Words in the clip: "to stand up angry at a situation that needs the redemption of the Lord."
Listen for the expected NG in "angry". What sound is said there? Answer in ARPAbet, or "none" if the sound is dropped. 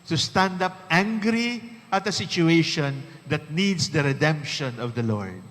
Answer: NG